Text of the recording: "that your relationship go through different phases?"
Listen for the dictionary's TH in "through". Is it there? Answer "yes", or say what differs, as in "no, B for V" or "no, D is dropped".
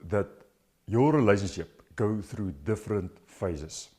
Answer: yes